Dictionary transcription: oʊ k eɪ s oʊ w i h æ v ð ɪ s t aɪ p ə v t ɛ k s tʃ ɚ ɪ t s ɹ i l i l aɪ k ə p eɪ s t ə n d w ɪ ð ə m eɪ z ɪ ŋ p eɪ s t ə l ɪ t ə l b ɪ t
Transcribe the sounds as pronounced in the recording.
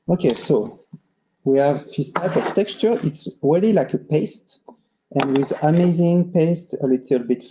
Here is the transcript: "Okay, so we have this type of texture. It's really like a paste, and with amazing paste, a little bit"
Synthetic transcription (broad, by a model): oʊ k eɪ s oʊ w i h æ v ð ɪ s t aɪ p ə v t ɛ k s tʃ ɚ ɪ t s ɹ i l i l aɪ k ə p eɪ s t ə n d w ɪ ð ə m eɪ z ɪ ŋ p eɪ s t ə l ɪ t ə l b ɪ t